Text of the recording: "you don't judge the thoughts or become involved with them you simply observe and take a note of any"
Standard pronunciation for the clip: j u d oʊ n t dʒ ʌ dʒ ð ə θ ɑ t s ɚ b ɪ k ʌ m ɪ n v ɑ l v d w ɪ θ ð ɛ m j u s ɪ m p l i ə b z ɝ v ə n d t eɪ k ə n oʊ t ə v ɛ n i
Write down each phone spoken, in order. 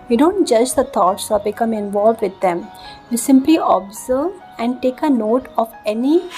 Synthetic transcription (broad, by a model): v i d oʊ n t dʒ ʌ dʒ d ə t ɑ t s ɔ b ɪ k ʌ m ɪ n v ɑ l v d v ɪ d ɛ m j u s ɪ m p l i ə b z ɝ v ə n d t eɪ k ə n oʊ t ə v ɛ n i